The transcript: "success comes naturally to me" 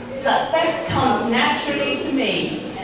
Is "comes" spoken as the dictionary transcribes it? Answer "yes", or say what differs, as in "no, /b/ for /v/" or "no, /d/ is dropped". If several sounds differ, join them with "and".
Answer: yes